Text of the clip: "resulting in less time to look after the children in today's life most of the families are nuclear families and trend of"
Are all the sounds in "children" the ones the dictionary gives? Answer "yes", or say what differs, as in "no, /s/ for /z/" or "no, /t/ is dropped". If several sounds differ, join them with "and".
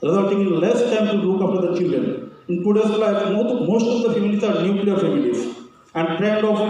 yes